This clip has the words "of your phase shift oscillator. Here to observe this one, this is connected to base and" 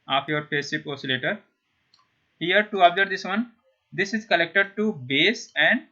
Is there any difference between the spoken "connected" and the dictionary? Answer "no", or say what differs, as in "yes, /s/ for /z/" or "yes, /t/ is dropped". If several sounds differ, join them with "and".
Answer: yes, /l/ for /n/